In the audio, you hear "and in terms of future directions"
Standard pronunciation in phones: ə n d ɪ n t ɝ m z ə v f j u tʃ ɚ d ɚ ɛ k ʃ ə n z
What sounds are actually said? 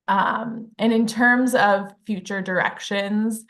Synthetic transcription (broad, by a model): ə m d ɪ n t ɝ m z ə v f j u tʃ ɚ d ɚ ɛ k ʃ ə n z